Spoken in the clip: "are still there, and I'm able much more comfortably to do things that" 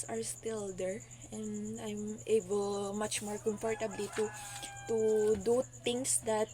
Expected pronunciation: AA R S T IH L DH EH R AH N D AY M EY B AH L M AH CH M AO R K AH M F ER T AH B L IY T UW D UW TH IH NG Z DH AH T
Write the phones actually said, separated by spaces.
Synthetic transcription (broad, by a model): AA R S T IH L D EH R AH N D AY M EY B AH L M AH CH M AO R K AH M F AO T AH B L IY T UW D UW T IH NG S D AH T